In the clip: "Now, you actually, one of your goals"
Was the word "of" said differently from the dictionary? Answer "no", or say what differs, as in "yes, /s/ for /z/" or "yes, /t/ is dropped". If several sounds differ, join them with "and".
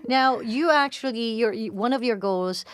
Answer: no